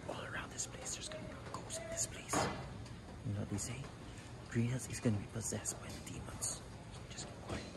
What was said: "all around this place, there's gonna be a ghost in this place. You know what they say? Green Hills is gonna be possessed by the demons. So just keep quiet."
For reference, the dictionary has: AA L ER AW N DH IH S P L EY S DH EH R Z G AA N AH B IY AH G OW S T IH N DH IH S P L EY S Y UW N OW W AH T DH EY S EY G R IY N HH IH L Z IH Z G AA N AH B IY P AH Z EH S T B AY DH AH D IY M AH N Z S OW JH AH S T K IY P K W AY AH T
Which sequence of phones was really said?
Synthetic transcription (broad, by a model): AA L ER AW N DH IH S P L EY S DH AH R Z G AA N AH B AH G OW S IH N DH IH S P L EY S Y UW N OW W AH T DH EY S EY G R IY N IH Z IH Z G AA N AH B IY P AH Z EH S T B AY DH AH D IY M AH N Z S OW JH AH S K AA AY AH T